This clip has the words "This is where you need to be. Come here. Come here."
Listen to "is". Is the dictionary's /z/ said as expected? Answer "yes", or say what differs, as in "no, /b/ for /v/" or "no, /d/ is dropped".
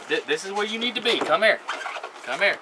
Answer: yes